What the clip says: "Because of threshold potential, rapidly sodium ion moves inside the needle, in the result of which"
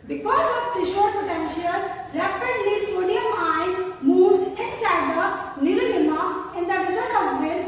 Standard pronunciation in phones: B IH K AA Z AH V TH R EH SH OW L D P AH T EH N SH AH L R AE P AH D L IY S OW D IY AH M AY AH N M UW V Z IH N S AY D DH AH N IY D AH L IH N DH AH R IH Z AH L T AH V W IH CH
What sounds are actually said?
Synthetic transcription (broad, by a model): B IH K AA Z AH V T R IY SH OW D P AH T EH N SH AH L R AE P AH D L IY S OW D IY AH M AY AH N M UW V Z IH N S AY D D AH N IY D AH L IH N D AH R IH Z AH T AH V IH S